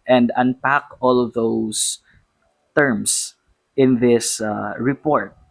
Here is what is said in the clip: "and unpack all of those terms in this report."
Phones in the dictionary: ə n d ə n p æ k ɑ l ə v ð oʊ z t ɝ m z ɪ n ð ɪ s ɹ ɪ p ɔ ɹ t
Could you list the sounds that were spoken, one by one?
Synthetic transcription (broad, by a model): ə n d ə n p æ k ɑ l ə v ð oʊ s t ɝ m s ɪ n ð ɪ s ɹ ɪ p ɔ ɹ t